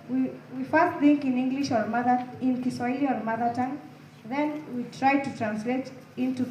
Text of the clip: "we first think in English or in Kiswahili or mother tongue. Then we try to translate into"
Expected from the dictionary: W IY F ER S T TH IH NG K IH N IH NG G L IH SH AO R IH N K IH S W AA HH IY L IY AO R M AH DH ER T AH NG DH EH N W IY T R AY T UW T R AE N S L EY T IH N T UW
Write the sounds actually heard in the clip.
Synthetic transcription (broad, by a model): W IY F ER S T TH IH NG K IH N IH NG G L IH SH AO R IH N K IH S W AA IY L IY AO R M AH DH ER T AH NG DH EH N W IY T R AY T UW T R AE N S L EY T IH N T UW